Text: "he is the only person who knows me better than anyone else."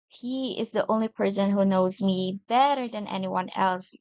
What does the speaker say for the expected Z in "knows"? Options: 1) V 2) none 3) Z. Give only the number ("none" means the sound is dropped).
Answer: 3